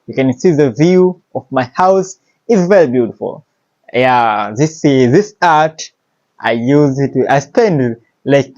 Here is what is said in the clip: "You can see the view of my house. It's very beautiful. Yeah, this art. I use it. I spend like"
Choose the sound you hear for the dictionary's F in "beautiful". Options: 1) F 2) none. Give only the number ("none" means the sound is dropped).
1